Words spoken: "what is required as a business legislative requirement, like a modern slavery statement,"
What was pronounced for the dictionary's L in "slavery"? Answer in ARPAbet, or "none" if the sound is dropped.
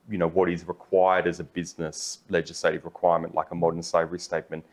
none